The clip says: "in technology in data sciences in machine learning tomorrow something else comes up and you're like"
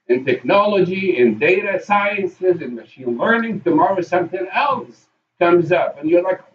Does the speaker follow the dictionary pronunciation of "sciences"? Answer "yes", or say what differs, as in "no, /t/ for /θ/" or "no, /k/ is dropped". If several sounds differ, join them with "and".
yes